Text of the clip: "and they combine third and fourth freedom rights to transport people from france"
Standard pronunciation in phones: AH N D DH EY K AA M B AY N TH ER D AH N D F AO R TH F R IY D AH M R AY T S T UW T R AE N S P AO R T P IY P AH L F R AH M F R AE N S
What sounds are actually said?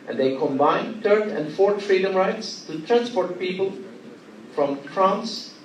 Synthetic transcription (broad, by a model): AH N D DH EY K AA M B AY N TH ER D AH N D F AO R T F R IY D AH M R AY T S T UW T R AE N S P AO R T P IY P AH L F R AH M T R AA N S